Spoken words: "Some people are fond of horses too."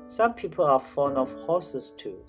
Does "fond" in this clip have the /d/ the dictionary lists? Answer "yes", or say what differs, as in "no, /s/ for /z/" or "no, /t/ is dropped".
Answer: no, /d/ is dropped